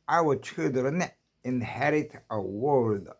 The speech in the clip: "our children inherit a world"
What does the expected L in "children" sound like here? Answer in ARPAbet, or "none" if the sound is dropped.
none